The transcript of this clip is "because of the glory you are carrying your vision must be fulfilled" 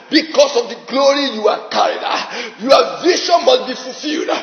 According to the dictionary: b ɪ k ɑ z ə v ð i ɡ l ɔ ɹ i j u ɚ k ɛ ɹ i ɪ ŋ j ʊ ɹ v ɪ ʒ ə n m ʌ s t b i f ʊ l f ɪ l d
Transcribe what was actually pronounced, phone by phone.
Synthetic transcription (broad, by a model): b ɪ k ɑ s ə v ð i ɡ l ɔ ɹ i j u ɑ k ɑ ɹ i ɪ j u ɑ v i ʃ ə n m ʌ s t b i f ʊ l f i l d